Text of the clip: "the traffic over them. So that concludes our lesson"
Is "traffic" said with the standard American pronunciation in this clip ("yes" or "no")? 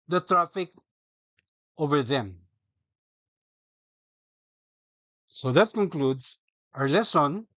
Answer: yes